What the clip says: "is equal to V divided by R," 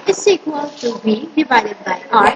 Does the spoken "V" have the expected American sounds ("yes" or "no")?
no